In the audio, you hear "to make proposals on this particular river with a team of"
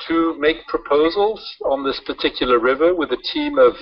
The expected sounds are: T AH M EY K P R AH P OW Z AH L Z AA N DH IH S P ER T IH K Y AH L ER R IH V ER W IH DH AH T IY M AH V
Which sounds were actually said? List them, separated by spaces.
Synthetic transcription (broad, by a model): T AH M EY K P R AH P OW Z AH L Z N DH IH S P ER T IH K Y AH L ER R IH V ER W IH DH AH T IY M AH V